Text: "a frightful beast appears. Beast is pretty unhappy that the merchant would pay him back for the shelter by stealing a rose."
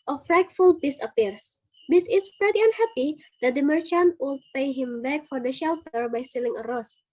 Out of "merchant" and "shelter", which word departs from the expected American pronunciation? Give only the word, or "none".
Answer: none